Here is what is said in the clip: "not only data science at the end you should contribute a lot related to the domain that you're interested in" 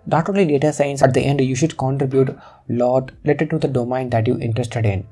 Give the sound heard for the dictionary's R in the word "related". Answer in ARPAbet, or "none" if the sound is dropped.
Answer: L